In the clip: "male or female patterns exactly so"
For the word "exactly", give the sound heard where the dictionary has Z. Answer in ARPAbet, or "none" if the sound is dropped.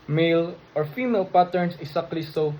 S